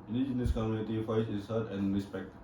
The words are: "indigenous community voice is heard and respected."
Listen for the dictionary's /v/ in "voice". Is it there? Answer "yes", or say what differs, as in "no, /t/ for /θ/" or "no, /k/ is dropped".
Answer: no, /f/ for /v/